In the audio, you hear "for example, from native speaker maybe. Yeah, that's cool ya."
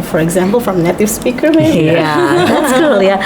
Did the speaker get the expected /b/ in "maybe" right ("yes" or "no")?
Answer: no